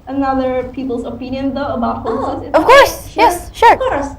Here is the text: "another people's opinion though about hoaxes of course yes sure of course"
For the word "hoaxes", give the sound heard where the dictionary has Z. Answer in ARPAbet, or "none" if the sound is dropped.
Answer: none